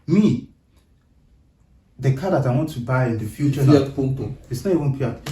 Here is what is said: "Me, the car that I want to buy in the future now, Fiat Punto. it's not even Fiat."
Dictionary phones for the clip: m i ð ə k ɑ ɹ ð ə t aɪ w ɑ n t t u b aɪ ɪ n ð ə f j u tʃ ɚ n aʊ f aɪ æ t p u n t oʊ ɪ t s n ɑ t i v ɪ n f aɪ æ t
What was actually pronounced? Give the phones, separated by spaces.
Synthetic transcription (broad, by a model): m i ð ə k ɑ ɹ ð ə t aɪ w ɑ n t t u b aɪ ɪ n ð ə f j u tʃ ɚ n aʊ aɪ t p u t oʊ ɪ t s n ɑ t i v ɪ n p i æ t